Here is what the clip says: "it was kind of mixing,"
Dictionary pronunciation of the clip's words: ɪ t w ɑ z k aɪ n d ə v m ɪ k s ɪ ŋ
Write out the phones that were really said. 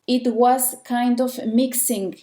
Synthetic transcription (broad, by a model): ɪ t w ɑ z k aɪ n d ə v m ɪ k s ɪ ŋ